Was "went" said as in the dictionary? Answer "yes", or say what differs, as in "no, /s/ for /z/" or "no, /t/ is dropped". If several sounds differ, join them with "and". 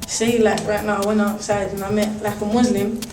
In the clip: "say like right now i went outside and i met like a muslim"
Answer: no, /t/ is dropped